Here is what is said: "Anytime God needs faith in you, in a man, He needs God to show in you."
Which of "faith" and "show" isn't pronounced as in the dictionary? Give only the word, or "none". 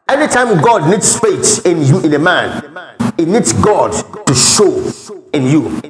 faith